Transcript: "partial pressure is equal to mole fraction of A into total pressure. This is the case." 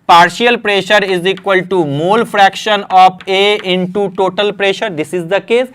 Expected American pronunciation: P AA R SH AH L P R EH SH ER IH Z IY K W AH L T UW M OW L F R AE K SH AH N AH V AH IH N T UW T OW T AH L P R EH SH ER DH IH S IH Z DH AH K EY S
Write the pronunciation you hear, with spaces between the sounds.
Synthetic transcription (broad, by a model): P AA R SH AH L P R EH SH ER IH Z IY K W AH L T UW M OW L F R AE K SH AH N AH P AH IH N T UW T OW T AH L P R EH SH ER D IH S IH Z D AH K EY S